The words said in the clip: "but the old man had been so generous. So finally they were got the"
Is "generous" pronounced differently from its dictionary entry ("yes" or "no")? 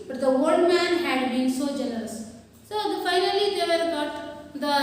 yes